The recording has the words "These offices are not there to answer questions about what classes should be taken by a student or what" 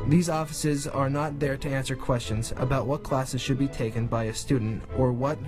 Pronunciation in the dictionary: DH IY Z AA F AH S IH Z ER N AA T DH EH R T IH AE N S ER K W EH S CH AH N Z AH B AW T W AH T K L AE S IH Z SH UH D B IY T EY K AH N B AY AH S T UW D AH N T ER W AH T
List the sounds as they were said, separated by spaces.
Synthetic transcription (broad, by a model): DH IY Z AA F AH S IH Z ER N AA T DH EH R T IH AE N S ER K W EH S CH AH N Z AH B AW T W AH T K L AE S IH Z SH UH D B IY T EY K AH N B AY AH S T UW D N T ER W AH T